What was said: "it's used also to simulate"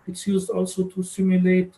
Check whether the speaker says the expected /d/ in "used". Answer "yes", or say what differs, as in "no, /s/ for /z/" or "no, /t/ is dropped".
yes